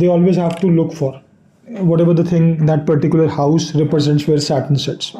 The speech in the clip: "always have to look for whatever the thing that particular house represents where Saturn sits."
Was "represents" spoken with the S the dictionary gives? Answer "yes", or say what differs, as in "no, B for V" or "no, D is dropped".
yes